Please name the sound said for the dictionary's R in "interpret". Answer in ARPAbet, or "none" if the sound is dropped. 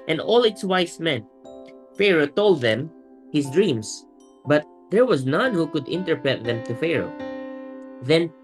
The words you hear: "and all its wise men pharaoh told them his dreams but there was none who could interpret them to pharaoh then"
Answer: none